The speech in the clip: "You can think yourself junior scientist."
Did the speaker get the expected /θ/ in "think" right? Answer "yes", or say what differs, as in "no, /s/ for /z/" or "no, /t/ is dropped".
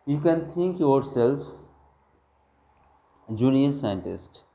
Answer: no, /t/ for /θ/